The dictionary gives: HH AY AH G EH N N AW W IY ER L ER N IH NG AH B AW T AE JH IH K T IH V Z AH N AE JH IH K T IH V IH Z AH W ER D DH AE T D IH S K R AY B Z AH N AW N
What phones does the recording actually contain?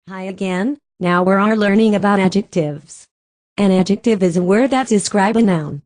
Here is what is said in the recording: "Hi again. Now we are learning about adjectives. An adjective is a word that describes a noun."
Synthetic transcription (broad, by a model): HH AY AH G EH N N AW W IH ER L ER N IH NG AH B AW T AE JH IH K T IH V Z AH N AE JH IH K T IH V IH Z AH W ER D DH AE T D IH S K R AY B AH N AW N